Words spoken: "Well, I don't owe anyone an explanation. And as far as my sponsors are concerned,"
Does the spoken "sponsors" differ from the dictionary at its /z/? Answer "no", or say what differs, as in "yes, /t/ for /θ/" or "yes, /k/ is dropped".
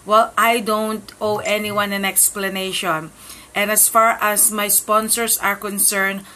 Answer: yes, /s/ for /z/